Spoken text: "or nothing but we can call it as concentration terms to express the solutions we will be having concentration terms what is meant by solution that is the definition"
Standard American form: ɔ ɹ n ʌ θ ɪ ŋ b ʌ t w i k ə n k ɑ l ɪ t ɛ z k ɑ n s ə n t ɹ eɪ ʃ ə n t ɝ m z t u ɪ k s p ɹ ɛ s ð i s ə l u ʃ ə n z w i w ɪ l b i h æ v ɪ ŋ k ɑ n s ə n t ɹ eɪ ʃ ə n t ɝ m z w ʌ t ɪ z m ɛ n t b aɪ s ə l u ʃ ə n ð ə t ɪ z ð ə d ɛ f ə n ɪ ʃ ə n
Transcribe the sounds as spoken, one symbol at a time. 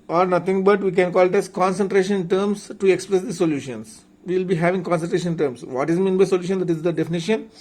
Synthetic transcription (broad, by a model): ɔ ɹ n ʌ t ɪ ŋ b ʌ t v i k ə n k ɑ l ɪ t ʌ s k ɑ n s ə n t ɹ eɪ ʃ ə n t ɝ m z t u ɪ k s p ɹ ɛ s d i s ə l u ʃ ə n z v i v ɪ l b i h æ v ɪ ŋ k ɑ n s ə n t ɹ eɪ ʃ ə n t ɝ m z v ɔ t ɪ z m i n b aɪ s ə l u ʃ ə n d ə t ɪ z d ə d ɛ f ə n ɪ ʃ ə n